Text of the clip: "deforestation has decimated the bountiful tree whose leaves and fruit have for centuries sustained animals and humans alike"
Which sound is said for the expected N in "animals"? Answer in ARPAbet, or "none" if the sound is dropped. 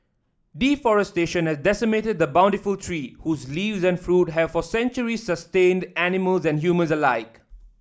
N